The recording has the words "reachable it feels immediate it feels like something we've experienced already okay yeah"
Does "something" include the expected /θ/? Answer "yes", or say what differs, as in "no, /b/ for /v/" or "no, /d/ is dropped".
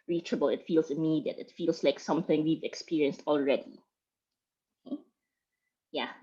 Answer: yes